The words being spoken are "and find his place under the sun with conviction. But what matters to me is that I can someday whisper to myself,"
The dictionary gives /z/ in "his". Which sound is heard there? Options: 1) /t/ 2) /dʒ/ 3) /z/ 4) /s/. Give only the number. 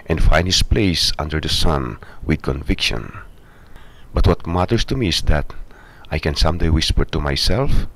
4